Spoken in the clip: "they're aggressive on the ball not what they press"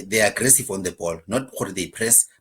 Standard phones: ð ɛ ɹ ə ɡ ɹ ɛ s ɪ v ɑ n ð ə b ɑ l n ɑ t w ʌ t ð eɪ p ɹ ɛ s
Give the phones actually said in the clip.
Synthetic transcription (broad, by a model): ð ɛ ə ɡ ɹ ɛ s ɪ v ɑ n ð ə b ɑ l n ɑ t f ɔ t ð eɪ p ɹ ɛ s